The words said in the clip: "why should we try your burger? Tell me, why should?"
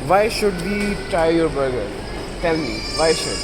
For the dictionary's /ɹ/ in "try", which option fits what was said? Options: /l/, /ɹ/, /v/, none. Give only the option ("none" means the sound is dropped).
none